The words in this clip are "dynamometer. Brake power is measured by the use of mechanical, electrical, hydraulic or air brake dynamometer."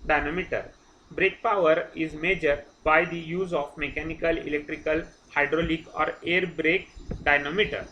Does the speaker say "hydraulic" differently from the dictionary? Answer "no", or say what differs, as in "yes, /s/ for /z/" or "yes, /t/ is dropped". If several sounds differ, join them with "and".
no